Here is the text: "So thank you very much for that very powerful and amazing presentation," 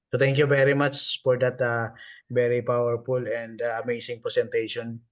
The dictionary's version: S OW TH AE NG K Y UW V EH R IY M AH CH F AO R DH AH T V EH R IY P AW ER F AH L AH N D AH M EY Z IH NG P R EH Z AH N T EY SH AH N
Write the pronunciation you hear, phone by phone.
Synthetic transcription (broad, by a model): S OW T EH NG K Y UW V EH R IY M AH CH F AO R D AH T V EH R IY P AW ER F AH L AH N D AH M EY S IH NG P R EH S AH N T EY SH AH N